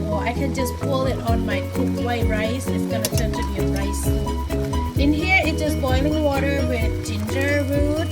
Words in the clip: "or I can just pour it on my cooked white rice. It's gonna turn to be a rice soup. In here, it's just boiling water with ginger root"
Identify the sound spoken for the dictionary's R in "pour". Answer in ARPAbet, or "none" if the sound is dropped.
L